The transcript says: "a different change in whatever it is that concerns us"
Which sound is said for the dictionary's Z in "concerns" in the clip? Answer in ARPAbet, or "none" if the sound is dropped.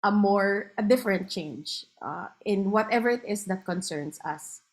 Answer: S